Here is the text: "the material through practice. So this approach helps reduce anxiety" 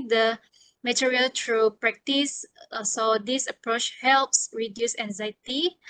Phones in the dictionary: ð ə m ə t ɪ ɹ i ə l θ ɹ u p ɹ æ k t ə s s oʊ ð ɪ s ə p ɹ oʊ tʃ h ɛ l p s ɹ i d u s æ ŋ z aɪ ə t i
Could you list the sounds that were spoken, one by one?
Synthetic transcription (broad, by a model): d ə m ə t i ɹ i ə l t ɹ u p ɹ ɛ k t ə s s oʊ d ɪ s ə p ɹ oʊ tʃ h ɛ l p s ɹ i d u s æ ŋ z aɪ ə t i